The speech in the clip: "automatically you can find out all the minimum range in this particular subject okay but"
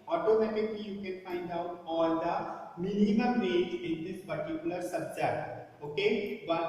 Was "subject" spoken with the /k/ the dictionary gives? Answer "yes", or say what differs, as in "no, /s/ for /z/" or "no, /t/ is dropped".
no, /k/ is dropped